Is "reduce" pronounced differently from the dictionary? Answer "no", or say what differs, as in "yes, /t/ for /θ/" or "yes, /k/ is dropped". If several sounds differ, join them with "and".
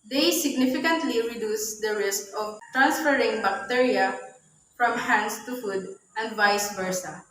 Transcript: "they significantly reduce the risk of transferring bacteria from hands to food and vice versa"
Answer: no